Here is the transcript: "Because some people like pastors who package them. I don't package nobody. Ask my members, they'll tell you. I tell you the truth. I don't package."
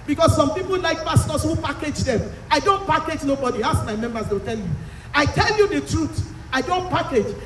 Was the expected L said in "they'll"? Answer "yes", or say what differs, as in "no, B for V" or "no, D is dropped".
no, W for L